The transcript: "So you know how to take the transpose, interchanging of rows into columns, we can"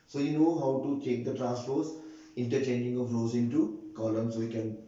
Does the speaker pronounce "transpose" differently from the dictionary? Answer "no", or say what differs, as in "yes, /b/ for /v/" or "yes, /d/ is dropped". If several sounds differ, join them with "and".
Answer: yes, /f/ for /p/